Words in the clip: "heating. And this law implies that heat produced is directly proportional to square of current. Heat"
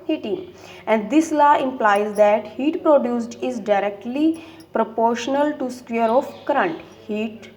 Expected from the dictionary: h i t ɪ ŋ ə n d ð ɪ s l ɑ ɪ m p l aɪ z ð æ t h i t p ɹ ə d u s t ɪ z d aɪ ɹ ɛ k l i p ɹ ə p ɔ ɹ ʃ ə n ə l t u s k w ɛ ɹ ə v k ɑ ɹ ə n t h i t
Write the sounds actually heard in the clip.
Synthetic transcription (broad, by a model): h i t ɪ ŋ ə n d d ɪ s l ɑ ɪ m p l aɪ z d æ t h i t p ɹ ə d u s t ɪ z d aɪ ɹ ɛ k l i p ɹ ə p ɔ ɹ ʃ ə n ə l t u s k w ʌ ɹ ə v k ɹ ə n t h i t